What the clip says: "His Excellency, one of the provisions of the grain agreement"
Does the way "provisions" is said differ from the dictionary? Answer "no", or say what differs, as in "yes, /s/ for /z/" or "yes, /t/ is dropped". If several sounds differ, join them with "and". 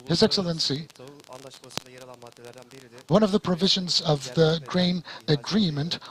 no